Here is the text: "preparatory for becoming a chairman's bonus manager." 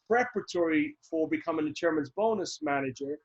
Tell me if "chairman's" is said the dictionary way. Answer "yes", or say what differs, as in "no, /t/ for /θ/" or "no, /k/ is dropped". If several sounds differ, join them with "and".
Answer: yes